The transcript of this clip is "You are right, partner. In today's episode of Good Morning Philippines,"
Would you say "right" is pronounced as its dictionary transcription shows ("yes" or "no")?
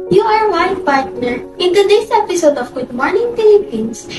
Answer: no